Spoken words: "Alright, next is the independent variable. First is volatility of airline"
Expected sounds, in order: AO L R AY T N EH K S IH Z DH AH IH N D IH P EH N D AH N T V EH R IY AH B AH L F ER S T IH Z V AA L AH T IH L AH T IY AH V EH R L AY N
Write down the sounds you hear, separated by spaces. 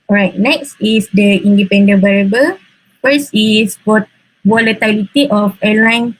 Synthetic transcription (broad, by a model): AO R AY T N EH K S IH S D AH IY N D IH P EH N D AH N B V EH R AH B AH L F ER S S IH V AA L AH T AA L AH T IY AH F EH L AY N